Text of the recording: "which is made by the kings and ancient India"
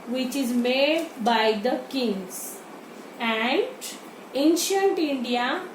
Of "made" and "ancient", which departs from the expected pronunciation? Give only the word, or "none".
none